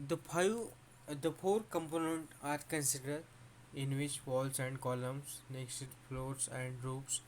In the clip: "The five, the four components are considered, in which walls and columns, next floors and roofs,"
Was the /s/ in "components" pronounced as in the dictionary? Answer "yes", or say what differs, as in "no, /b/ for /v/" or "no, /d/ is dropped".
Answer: no, /s/ is dropped